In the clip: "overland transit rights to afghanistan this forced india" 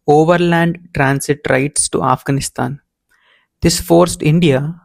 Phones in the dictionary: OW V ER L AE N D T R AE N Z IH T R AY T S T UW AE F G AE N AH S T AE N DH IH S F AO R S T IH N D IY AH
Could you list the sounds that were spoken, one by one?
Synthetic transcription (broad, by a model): OW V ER L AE N D T R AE N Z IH T R AY T S T UW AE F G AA N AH S T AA N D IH S F AO R S T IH N D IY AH